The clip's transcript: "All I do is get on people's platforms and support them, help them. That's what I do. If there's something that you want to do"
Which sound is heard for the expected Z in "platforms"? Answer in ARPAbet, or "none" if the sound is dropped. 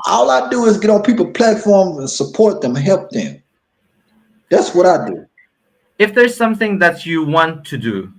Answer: Z